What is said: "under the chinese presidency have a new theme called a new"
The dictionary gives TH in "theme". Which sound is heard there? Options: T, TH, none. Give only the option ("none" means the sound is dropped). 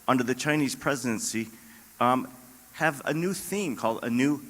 TH